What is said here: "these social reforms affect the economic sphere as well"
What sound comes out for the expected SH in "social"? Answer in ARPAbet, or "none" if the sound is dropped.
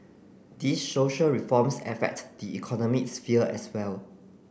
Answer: SH